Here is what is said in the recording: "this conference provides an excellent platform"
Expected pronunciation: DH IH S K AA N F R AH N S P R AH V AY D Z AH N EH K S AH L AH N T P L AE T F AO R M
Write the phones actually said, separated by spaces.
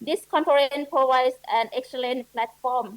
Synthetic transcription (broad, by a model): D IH S K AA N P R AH N P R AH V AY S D AH N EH K S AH L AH N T P L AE T F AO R M